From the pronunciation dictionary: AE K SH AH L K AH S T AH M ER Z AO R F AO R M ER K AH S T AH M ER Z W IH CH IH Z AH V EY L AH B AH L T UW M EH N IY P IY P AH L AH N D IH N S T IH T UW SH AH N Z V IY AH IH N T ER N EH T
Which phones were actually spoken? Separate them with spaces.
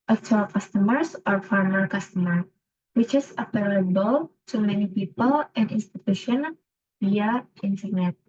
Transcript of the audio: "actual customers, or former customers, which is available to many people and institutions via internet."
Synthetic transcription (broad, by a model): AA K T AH L K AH S T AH M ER S AO R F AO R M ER K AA S T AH M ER W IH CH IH S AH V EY L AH B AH L T UW M EH N IY P IY P AH L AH N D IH N S T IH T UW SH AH N V IY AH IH N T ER N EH T